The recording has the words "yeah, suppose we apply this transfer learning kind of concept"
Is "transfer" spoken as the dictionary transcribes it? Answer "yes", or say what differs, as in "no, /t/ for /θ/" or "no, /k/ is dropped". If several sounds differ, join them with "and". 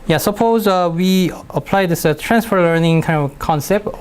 yes